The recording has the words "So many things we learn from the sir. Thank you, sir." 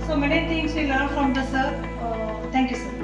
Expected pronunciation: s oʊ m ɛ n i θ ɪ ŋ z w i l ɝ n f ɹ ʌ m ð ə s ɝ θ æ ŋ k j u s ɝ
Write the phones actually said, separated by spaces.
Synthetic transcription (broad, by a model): s oʊ m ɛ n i t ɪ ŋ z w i l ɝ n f ɹ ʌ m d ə s ɝ t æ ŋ k j u s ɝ